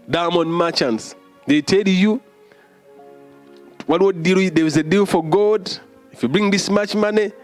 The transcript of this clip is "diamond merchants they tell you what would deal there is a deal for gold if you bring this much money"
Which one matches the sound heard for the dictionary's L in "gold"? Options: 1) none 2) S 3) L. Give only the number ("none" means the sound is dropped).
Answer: 1